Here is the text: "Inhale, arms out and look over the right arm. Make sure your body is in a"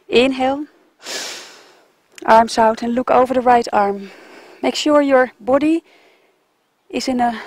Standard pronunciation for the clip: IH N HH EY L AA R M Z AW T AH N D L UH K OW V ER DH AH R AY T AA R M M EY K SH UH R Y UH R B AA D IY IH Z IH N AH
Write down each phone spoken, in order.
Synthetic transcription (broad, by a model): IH N HH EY L AA R M S AW T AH N L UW K OW V ER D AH R AY T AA R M M EY K SH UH R Y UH R B AA D IY IH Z IH N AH